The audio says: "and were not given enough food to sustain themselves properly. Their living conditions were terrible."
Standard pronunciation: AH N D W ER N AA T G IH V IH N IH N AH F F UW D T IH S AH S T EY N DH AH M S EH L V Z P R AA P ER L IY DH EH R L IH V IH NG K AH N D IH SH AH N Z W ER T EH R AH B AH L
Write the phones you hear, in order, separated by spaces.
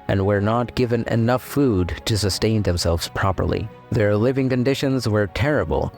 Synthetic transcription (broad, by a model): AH N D W ER N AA T G IH V IH N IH N AH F F UW D T IH S AH S T EY N DH AH M S EH L V Z P R AA P ER L IY DH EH R L IH V IH NG K AH N D IH SH AH N Z W ER T EH R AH B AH L